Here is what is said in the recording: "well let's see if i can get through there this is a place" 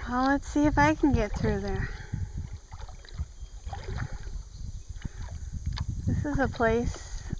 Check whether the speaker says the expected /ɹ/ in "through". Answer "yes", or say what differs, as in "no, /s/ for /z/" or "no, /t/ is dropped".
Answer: yes